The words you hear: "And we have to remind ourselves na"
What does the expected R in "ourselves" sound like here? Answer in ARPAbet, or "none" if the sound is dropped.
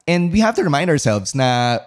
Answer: R